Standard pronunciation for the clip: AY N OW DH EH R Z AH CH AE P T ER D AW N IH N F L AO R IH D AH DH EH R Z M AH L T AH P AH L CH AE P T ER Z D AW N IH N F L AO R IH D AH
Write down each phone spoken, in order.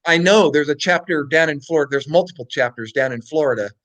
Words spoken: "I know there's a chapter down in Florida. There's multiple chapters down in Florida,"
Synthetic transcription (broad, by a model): AY N OW DH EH R Z AH CH AE P T ER D AW N IH N F L AO R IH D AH DH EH R Z M AH L T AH P L CH AE P T ER Z D AW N IH N F L AO R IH D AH